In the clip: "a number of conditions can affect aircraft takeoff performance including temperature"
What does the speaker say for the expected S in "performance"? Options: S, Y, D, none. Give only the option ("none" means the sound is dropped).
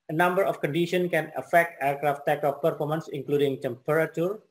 S